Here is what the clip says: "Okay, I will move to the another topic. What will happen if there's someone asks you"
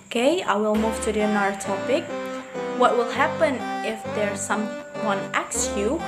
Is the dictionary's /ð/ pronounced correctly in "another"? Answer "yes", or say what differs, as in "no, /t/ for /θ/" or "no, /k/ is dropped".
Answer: no, /ð/ is dropped